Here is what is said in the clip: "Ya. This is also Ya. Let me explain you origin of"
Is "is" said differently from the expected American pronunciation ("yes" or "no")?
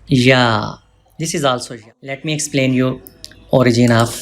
no